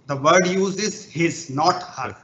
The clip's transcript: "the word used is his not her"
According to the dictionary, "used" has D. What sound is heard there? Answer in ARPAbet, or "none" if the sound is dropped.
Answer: none